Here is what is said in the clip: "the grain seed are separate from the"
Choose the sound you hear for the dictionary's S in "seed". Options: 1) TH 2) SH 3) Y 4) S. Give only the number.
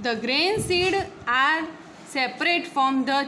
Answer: 4